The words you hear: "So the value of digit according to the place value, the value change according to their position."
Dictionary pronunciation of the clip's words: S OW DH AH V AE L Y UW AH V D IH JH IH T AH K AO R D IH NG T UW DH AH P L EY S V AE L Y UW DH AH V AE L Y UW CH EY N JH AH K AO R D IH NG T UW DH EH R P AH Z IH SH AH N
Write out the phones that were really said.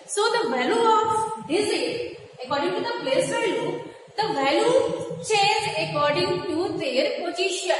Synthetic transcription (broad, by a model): S OW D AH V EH L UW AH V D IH Z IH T AH K AO R D IH NG T UW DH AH P L EY S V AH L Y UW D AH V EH L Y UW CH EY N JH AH K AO R D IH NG T UW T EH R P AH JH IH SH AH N